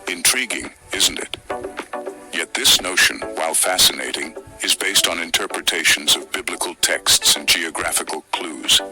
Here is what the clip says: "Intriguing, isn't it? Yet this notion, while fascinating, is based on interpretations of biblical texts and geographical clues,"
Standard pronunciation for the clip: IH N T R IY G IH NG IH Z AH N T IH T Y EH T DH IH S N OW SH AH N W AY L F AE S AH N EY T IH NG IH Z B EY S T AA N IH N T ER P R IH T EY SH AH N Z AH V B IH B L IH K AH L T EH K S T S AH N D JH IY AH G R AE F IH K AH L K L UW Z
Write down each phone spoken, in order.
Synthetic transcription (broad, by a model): IH N T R IY G IH NG IH Z N T IH T Y EH T DH IH S N OW SH AH N W AY L F AE S AH N EY T IH NG IH Z B EY S T N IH N T ER P R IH T EY SH N Z AH V B IH B L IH K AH L T EH K S T S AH N JH IY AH G R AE F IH K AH L K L UW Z